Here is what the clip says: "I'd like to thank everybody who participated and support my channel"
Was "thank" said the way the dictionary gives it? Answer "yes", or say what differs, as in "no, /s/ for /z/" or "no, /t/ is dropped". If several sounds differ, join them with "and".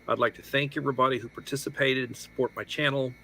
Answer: yes